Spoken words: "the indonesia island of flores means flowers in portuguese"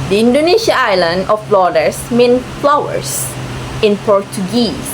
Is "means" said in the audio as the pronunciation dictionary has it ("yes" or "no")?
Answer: no